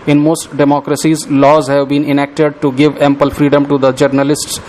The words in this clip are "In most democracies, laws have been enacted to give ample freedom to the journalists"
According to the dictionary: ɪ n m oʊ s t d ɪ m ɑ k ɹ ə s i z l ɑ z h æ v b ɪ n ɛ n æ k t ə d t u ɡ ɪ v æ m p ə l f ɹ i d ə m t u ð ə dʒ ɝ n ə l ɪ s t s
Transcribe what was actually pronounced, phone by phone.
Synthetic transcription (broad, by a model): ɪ n m oʊ s t d ɪ m ɑ k ɹ ə s i z l ɑ z h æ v b ɪ n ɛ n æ k t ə d t u ɡ ɪ v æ m p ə l f ɹ i d ə m t u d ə dʒ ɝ n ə l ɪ s t s